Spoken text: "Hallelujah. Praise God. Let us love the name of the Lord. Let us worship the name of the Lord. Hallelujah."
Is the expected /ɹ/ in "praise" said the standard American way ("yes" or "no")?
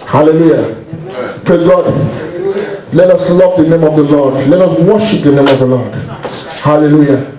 no